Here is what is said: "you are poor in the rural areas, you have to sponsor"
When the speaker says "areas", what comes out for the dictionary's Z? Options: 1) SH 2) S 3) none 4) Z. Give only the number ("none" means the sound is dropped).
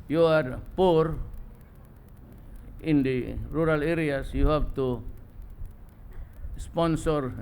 2